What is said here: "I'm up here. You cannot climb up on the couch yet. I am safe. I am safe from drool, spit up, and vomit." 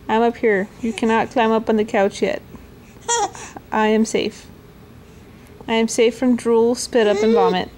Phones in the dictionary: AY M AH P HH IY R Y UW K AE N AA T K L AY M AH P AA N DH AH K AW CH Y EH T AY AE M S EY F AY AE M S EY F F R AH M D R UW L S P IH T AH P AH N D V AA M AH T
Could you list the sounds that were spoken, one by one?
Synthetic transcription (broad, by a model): AY M AH P HH IY R Y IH K AE N AA T K L AY M AH P N DH AH K AW CH Y EH T AY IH M S EY F AY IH M S EY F F R AH M D R UW L S P IH T AH P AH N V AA M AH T